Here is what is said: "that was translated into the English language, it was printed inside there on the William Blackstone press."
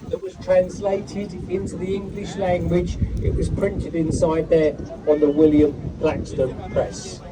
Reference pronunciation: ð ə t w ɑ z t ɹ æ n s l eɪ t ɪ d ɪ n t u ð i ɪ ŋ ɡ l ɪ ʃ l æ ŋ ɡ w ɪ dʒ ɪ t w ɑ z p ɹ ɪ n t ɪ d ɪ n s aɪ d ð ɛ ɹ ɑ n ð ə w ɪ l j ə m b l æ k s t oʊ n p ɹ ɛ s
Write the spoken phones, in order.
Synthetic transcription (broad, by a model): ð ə t w ɑ z t ɹ æ n s l eɪ t ɪ d ɪ n t u ð i ɪ ŋ ɡ l ɪ ʃ l æ ŋ ɡ w ɪ dʒ ɪ t w ɑ z p ɹ ɪ n t ɪ d ɪ n s aɪ d ð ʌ ɹ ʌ n ð ə w ɪ l j ə m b l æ k s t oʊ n p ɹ ɛ s